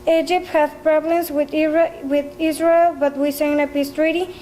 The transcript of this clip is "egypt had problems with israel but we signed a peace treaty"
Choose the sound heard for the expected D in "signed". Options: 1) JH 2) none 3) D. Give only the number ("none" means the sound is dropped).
2